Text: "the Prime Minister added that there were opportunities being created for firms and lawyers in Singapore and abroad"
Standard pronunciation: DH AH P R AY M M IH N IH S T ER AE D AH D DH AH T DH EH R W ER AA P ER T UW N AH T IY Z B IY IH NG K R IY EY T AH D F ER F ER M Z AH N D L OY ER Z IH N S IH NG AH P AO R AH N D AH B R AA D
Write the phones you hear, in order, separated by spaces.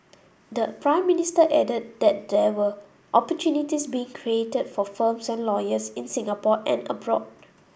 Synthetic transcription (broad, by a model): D AH P R AY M M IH N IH S T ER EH D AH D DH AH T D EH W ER AA P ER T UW N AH T IY S B IY IH NG K R IY EY T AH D F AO F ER M S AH N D L OY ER S IH N S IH NG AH P AO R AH N AH B R AA D